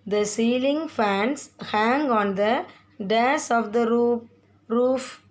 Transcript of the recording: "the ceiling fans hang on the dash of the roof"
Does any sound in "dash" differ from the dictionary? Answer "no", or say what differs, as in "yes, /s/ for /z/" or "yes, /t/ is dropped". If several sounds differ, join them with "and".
yes, /s/ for /ʃ/